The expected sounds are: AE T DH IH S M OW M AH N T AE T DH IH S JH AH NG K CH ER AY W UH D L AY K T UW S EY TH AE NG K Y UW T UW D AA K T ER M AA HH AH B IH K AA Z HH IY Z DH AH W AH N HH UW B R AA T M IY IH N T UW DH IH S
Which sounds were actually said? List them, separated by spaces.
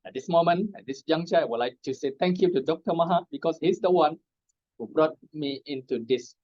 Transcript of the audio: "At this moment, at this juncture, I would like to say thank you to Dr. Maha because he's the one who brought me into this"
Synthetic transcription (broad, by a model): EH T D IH S M OW M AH N EH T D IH S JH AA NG CH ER AY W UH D L AY K T UW S EY T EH NG K Y UW T UW D AA K T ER M AA HH AH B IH K AA S HH IY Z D AH W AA N HH UW B R AA T M IY IH N T UW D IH S